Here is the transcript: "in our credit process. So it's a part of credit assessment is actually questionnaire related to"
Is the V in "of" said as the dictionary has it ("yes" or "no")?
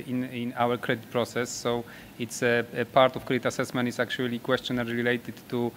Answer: no